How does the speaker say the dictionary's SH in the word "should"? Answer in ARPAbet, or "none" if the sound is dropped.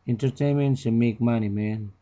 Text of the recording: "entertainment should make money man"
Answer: S